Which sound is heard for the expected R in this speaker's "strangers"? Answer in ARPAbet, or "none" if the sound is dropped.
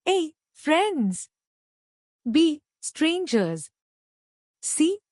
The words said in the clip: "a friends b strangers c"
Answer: R